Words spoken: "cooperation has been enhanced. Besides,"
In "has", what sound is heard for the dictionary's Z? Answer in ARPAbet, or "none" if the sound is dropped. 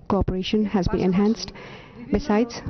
Z